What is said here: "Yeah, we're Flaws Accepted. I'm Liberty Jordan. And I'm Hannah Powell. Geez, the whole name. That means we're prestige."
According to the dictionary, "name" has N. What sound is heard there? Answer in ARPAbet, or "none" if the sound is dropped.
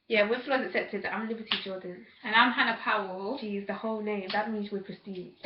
L